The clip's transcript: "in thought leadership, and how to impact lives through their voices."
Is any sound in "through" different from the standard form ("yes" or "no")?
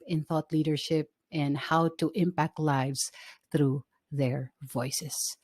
no